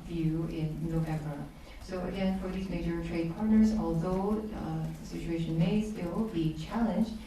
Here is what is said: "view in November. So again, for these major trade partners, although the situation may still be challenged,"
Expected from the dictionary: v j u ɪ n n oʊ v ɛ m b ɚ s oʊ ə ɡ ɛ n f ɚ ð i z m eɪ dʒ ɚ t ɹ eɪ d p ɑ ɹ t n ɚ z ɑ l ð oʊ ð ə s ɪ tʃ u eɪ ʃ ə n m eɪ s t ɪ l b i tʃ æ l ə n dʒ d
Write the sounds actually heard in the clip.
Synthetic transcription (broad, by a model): v j u ɪ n n oʊ v ɛ m b ɚ s oʊ ə ɡ ɛ n f ɚ ð i z m eɪ dʒ ɚ t ɹ eɪ d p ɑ ɹ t n ɚ z ɑ l ð oʊ ð ə s ɪ tʃ u eɪ ʃ ə n m eɪ s t ɪ l b i tʃ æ l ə n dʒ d